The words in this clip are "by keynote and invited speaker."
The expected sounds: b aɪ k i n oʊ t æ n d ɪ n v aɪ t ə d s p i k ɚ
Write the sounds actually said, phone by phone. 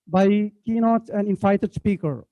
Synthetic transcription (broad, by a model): b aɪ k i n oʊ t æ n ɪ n f aɪ t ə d s p i k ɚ